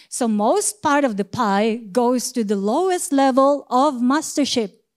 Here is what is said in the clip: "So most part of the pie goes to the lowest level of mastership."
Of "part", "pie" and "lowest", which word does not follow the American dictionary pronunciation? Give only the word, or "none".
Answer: none